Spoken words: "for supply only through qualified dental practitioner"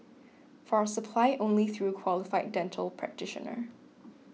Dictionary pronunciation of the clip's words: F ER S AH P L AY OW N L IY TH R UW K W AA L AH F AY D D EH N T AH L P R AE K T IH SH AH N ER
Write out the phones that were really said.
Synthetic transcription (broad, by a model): F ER S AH P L AY OW N L IY TH R UW K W AA L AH F AY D D EH N T AH L P R AE K T IH SH AH N ER